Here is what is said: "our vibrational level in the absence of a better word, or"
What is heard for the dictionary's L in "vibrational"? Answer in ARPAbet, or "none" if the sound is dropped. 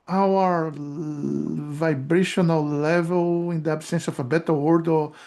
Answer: L